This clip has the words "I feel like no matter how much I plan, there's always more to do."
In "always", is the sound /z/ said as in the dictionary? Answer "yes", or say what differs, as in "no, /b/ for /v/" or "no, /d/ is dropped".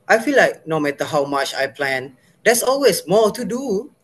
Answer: no, /s/ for /z/